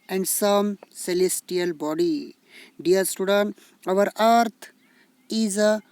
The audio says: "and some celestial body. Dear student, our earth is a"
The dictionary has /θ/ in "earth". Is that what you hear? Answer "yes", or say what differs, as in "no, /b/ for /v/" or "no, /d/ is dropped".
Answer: no, /t/ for /θ/